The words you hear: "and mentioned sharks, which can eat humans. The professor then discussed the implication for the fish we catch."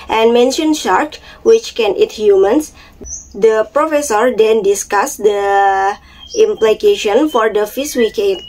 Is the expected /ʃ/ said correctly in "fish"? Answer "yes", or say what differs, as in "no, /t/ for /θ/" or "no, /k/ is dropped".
no, /s/ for /ʃ/